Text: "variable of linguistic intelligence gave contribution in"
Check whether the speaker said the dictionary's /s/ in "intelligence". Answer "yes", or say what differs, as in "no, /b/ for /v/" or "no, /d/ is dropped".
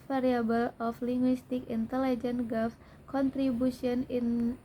no, /s/ is dropped